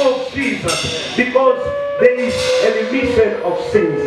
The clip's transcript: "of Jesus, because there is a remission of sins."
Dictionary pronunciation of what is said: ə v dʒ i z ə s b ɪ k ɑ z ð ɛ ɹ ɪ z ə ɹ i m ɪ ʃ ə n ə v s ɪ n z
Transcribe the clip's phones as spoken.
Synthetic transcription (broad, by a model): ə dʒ i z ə s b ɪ k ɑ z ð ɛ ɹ ɪ z ə l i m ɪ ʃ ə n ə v s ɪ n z